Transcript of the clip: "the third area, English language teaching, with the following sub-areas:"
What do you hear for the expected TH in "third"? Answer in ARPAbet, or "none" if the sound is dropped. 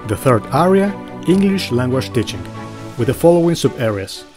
TH